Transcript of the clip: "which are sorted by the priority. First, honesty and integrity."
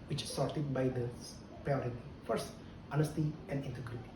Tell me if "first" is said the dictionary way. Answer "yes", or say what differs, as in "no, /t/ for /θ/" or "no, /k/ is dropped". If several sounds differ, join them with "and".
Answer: yes